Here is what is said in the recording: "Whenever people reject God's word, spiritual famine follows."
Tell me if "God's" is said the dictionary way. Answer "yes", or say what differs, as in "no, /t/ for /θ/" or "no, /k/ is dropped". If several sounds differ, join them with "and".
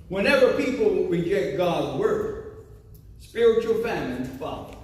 yes